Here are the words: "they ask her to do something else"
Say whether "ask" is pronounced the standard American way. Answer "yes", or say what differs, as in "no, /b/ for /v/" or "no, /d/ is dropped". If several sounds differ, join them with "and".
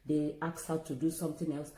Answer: no, /s/ is dropped